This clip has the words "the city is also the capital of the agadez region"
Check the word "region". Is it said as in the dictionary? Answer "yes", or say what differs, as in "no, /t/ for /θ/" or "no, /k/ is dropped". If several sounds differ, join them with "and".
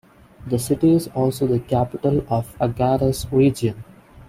no, /dʒ/ is dropped